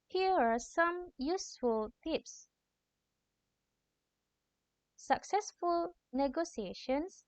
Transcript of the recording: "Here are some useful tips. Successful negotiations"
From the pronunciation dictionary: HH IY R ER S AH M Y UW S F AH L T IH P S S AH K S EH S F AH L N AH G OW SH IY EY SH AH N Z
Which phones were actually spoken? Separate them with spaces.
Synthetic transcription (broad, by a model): HH IY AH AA S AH M Y UW S F AH L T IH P S S AH K S EH S F AH L N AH G OW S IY EY SH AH N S